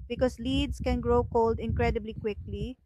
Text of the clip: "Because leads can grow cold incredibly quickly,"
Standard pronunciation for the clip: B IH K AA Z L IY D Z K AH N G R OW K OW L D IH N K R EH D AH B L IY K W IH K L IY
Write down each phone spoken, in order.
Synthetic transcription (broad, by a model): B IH K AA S L IY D S K AH N G R OW K OW L D IH N K R EH D AH B L IY K W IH K L IY